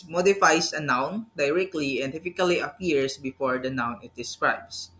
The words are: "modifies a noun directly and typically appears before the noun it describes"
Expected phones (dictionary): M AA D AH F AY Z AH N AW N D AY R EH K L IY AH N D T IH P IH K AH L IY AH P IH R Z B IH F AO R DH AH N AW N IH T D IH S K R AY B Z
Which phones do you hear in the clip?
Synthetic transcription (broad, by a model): M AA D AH F AY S AH N AW N D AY R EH K L IY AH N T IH F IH K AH L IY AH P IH R S B IH F AO R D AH N AW N IH T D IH S K R AY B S